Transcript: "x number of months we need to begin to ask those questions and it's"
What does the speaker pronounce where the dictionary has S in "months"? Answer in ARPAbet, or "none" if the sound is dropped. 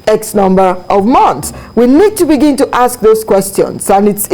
S